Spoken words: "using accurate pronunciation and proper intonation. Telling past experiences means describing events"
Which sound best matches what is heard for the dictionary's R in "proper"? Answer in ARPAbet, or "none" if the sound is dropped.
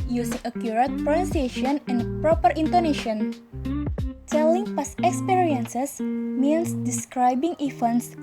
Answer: R